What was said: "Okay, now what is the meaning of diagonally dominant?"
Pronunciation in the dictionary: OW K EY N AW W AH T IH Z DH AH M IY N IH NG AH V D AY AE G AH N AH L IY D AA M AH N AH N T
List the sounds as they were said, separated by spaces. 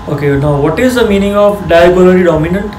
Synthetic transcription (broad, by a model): OW K EY N AW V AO T IH Z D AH M IY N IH NG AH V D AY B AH L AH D IY D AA M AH N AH N T